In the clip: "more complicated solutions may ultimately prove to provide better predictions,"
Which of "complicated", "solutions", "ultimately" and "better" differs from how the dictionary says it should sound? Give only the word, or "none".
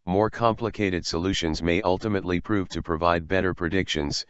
none